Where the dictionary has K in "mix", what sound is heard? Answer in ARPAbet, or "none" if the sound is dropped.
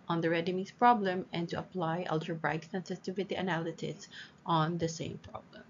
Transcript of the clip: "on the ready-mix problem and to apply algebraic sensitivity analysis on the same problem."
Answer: none